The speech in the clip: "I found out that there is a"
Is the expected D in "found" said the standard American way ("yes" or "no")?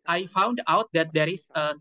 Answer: yes